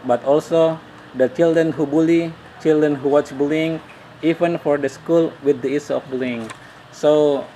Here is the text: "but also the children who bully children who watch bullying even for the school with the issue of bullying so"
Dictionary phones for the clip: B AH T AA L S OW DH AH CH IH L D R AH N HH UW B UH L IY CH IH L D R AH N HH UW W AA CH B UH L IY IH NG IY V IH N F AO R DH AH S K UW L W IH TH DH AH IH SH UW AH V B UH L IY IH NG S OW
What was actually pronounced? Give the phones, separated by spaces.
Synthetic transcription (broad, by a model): B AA T AA L S OW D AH CH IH L D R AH N HH UW B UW L IY CH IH L D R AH N HH UW W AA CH B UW L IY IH NG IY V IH N F AO R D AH S K UW L W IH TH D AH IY S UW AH F B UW L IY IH NG S OW